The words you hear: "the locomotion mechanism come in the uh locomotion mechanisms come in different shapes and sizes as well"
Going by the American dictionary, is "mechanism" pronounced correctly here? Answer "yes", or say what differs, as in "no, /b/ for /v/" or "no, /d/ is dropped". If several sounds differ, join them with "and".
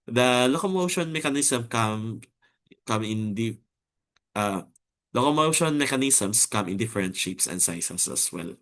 no, /s/ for /z/